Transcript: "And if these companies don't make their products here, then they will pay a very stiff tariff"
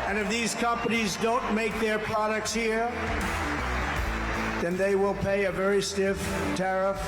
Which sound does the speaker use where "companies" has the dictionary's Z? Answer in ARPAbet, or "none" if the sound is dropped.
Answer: Z